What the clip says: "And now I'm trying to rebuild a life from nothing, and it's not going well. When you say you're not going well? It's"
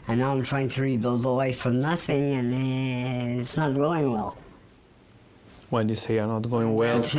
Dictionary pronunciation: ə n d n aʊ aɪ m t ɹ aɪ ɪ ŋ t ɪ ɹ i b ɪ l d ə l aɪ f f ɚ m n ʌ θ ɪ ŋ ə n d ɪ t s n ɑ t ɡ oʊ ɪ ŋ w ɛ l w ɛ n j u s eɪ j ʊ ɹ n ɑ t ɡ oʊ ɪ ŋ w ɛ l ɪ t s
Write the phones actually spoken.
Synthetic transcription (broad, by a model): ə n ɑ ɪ aɪ m t ɹ aɪ ɪ ŋ t ɪ ɹ i b ɪ l d ə w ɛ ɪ f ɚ n ʌ θ ɪ ŋ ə n ɪ t s n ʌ t ɡ oʊ ɪ ŋ w ɛ l w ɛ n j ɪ s eɪ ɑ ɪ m n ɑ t ɡ oʊ ɪ ŋ w ɛ l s